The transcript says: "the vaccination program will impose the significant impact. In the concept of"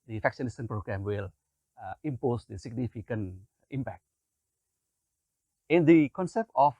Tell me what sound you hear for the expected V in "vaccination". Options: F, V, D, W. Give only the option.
F